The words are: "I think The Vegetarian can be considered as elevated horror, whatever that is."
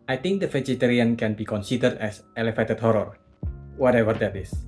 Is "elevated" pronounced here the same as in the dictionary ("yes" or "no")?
no